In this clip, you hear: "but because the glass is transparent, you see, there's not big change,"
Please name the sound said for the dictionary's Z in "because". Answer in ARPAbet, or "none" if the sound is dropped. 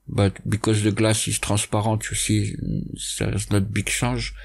Z